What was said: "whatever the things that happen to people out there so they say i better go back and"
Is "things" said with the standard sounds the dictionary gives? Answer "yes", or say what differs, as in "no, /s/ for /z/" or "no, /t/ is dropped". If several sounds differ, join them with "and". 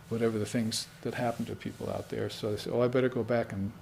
yes